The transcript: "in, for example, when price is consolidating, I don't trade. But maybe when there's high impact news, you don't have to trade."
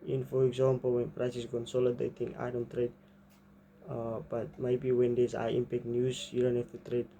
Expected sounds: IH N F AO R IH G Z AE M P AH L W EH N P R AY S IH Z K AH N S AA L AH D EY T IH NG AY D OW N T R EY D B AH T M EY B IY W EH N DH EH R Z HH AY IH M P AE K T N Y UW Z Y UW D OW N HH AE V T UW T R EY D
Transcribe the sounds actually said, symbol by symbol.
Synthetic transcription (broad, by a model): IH N F AO R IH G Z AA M P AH L W EH N P R AY S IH S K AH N S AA L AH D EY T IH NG AY D OW N T R EY D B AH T M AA B IY W EH N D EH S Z AY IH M P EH K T N Y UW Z Y UW D OW N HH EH F T UW T R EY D